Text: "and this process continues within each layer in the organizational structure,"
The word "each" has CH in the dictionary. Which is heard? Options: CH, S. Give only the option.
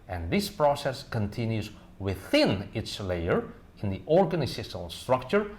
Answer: S